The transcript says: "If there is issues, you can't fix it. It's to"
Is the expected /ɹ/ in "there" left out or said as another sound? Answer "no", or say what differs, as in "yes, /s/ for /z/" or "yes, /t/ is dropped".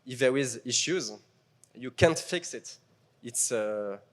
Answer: yes, /w/ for /ɹ/